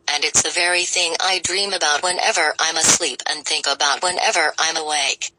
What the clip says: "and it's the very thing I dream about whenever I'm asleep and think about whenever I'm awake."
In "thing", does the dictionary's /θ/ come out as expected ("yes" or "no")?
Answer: yes